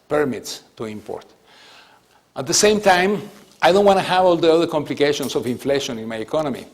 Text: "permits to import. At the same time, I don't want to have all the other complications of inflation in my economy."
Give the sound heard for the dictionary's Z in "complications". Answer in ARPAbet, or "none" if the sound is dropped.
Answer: S